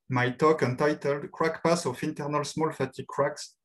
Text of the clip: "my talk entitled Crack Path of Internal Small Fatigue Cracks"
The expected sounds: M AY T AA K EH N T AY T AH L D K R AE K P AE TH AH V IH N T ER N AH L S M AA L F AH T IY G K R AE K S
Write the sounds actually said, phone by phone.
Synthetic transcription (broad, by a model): M AY T AA K EH N T AY T AH L D K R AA K P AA S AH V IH N T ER N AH L S M AA L F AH T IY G K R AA K S